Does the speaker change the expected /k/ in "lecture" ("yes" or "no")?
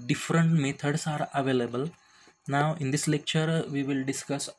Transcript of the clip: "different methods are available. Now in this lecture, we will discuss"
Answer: no